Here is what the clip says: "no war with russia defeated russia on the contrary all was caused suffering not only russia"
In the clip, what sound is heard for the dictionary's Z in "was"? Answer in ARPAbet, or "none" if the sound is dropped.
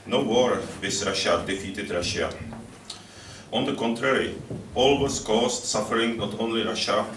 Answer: S